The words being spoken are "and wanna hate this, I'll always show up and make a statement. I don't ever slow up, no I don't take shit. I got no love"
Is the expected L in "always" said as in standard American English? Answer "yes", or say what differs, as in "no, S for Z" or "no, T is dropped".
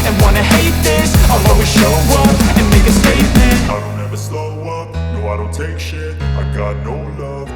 no, L is dropped